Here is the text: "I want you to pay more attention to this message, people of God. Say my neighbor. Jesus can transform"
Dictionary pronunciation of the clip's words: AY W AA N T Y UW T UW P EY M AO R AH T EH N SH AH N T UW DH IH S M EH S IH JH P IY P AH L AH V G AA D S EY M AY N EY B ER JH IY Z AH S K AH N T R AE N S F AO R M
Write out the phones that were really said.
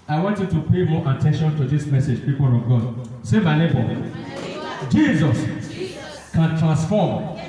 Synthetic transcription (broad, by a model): AY W AA N T Y UW T UW P EY M AO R AH T EH N SH AH N T UW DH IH S M EH S IH JH P IY P AH L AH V G AA D S EY M AY L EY B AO JH IY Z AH S K AH N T R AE N S F AO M